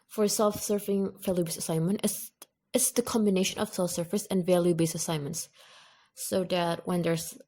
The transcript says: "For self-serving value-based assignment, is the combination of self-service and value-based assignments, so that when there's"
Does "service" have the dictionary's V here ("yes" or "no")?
no